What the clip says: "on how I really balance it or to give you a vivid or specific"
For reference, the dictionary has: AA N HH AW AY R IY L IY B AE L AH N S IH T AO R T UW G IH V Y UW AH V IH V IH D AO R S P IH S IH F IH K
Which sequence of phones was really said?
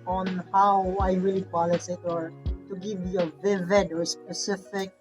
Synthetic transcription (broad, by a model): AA N HH AW AY R IY L IY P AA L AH S IH T AO R T UW G IH V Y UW AH V IH V IH D AO R S P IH S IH F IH K